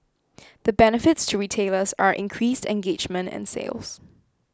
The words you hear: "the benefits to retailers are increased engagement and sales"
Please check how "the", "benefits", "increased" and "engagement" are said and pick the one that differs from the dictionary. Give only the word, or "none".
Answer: none